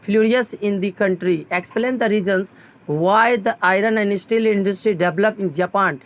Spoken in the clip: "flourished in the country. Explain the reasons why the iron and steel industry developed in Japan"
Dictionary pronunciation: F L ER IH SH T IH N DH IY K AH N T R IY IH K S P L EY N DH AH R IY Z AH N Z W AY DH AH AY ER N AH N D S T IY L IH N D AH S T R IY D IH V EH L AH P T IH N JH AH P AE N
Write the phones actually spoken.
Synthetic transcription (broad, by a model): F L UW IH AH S IH N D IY K AH N T R IY IH K S P L EY N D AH R IY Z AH N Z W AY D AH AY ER N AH N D S T IY L IH N D AH S T R IY D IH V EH L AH P IH N JH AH P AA N